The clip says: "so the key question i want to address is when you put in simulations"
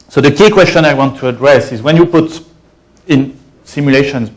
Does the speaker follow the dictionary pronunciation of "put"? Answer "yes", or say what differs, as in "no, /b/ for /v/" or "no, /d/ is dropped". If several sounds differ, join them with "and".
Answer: yes